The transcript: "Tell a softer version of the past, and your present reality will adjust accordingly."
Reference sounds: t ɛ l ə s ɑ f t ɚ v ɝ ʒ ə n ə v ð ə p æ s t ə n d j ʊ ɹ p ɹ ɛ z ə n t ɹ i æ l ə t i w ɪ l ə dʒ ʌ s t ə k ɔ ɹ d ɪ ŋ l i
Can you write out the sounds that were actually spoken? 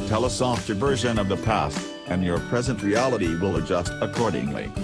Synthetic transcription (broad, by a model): t ɛ l ə s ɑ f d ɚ v ɝ ʒ ə n ə v ð ə p æ s t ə n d j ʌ ɹ p ɹ ɛ z ə n t ɹ i æ l ə t i w ɪ l ə dʒ ʌ s t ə k ɔ ɹ d ɪ ŋ l i